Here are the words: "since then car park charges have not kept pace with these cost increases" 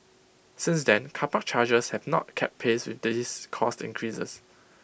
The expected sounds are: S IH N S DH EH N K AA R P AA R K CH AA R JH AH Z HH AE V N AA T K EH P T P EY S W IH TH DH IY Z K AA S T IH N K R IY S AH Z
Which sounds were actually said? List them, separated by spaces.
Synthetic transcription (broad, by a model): S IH N S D EH N K AA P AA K CH AA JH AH S HH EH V N AA T K EH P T P EY S W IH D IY S K AA S T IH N K R IY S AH S